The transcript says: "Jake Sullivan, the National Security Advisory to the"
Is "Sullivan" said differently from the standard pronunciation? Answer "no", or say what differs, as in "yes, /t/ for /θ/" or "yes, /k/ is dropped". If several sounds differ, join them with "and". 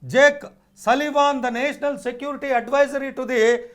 no